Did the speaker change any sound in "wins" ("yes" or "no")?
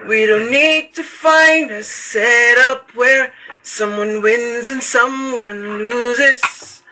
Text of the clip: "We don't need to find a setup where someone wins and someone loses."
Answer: no